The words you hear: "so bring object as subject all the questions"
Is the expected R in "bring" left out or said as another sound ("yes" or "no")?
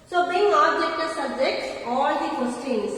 yes